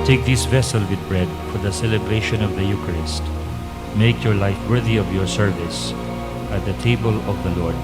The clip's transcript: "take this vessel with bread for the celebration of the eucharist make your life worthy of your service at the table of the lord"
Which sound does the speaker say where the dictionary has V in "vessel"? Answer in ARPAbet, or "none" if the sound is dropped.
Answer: V